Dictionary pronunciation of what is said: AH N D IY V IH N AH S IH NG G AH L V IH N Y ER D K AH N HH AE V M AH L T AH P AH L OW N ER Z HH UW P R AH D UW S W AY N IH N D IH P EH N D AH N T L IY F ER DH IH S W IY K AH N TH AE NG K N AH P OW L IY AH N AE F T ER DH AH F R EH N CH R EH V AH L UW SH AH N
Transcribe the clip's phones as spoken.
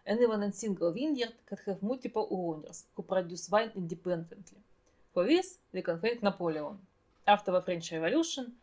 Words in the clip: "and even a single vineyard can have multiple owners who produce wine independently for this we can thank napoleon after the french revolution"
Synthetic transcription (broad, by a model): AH N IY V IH N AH S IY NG G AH L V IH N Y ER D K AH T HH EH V M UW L T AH P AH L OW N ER S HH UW P R AH D UW S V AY N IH N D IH P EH N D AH N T L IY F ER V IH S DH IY K AH N F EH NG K N AH P OW L IY AH N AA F T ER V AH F R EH N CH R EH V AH L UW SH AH N